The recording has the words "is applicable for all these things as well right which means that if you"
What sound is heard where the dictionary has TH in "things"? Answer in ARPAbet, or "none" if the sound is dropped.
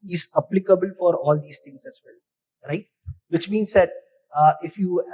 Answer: T